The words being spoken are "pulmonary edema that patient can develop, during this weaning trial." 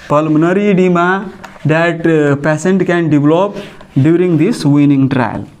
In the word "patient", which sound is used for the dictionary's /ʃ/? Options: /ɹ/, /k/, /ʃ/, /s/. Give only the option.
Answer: /s/